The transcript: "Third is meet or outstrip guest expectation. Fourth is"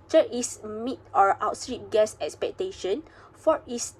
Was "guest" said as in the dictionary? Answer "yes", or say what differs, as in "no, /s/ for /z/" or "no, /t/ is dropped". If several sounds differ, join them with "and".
no, /t/ is dropped